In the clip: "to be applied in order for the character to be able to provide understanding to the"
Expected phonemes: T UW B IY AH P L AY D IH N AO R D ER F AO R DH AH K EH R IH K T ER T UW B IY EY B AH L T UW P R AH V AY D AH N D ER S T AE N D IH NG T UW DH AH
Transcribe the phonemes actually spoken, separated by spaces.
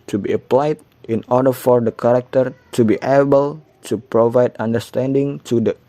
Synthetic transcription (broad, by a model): T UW B IY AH P L AY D IH N AO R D ER F AO R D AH K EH R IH K T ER T UW B IY EY B AH L T UW P R AH V AY D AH N D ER S T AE N D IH NG T UW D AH